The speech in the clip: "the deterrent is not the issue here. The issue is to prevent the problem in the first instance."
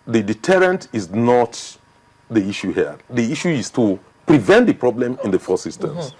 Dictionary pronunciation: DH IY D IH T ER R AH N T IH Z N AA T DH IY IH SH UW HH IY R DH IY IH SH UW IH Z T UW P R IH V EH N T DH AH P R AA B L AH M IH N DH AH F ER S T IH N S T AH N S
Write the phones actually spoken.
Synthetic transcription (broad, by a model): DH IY D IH T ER R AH N T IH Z N AA T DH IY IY SH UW HH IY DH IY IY SH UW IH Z T UW P R IH V EH N T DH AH P R AA B L AH M IH N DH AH F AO S IH S T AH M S